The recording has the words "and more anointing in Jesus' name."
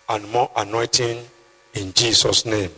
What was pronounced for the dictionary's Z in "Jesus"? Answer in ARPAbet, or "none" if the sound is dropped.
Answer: S